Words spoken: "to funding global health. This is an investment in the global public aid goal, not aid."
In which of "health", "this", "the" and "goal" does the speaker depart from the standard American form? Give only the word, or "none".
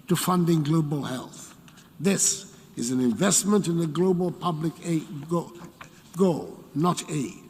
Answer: none